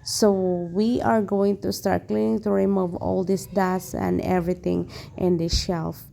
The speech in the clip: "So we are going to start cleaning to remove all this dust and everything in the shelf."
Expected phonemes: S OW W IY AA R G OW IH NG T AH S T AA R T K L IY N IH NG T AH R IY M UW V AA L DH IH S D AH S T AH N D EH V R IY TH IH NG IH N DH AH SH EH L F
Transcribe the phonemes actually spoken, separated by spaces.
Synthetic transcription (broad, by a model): S OW W IY AA R G OW IH NG T AH S T AA R T K L IY N IH NG T AH R IY M UW V AA L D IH S D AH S AH N D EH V R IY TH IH NG IH N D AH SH EH L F